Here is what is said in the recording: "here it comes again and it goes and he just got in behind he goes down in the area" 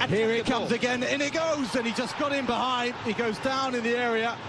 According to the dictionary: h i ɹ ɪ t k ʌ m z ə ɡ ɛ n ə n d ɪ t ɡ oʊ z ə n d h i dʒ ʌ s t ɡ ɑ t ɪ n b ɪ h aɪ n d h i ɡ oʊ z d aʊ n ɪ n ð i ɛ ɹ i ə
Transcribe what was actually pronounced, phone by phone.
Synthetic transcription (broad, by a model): h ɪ ɹ ɪ t k ʌ m z ə ɡ ɛ n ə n ɪ t ɡ oʊ z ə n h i dʒ ʌ s ɡ ɑ t ɪ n b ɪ h aɪ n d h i ɡ oʊ z d aʊ n ɪ n ð i ɛ ɹ i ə